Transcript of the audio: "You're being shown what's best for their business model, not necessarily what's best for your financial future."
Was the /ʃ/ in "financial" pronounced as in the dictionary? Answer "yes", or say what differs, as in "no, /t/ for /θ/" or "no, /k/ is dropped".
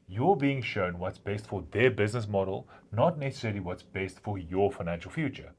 yes